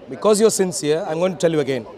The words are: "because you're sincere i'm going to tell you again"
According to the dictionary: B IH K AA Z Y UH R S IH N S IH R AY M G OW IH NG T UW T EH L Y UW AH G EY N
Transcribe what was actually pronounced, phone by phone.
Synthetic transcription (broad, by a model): B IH K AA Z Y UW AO S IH N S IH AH AY M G OW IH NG T UW T EH L Y UW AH G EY N